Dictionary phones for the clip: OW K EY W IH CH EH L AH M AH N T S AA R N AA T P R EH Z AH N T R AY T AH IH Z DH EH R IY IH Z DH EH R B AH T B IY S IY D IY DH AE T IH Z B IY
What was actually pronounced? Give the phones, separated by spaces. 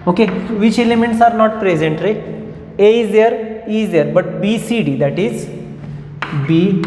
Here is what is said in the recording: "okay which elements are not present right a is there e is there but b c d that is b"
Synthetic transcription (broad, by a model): OW K EY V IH CH EH L AH M AH N T S AA R N AA T P R EH Z AH N T R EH AH IH Z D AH R IY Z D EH R B AH T B IY S IY D IY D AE T IH Z B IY